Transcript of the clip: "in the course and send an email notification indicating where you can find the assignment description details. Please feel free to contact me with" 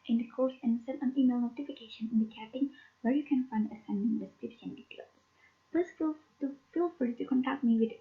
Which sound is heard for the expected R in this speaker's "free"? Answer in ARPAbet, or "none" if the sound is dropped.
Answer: none